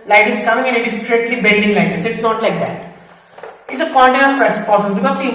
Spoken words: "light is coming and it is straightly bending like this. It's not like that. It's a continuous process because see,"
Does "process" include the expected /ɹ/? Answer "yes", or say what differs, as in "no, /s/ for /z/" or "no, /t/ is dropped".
no, /ɹ/ is dropped